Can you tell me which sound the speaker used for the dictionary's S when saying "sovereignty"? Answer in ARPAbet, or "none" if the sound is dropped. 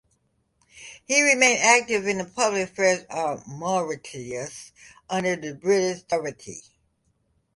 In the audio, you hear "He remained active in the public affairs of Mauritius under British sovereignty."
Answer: TH